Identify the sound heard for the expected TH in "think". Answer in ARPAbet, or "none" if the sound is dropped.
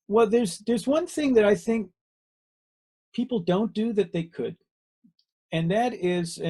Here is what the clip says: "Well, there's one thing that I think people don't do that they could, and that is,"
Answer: TH